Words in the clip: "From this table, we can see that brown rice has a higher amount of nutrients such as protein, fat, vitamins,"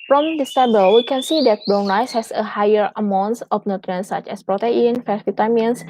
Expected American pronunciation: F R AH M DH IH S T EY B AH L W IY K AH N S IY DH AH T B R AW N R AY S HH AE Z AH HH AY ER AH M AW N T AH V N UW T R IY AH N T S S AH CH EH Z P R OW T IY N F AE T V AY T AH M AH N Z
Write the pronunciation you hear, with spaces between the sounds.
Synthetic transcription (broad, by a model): F R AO M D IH S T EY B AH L W IY K AH N S IY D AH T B AO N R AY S HH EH S AH HH AY ER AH M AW N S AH F N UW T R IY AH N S S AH CH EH S P R OW T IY N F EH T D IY T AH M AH N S